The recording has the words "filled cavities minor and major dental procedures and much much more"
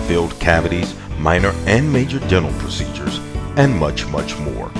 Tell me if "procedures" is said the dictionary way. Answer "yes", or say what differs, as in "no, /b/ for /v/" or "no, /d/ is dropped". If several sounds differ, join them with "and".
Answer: yes